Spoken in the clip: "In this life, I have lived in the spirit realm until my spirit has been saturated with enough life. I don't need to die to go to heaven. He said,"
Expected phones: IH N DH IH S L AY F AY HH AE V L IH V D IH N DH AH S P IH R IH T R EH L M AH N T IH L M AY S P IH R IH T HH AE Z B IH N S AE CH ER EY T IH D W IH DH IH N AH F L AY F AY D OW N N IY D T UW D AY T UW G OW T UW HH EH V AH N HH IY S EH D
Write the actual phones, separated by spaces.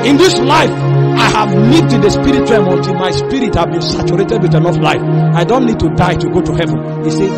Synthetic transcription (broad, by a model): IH N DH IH S L AY F AY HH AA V N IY D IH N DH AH S P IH R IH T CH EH M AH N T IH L M AY S P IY R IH T HH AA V B IH N S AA CH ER EY T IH D W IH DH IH N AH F L AY F AY D OW N N IY D T UW D AY T UW G OW T UW HH EH V AH N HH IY S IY